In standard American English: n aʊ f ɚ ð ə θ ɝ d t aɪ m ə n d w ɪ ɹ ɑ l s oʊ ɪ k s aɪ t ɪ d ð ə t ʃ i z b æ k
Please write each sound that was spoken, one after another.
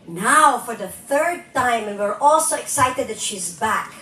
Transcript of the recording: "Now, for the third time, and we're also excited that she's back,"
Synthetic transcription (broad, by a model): n aʊ f ɚ ð ə θ ɝ d t aɪ m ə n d w ɪ ɹ ɑ l s oʊ ɪ k s aɪ t ɪ d ð ə t ʃ i z b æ k